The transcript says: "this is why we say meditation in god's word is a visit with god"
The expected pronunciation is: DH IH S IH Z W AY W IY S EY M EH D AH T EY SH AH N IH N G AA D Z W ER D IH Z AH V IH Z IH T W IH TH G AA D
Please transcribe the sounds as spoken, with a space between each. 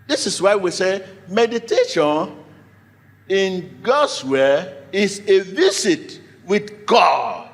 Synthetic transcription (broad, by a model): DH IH S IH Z W AY W IY S EY M EH D AH T EY SH AH N IH N G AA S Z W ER IH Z AH V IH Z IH T W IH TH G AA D